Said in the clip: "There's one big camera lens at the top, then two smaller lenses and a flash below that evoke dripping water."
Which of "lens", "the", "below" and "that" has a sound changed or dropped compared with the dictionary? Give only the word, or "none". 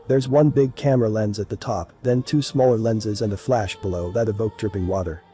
none